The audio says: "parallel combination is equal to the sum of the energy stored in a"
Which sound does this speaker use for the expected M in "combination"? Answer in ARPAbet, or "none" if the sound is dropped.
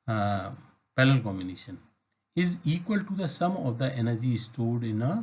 M